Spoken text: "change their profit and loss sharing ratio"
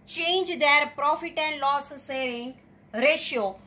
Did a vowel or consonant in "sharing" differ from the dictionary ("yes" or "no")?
yes